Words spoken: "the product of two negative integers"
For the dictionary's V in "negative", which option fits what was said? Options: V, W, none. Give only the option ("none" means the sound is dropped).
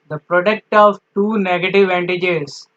V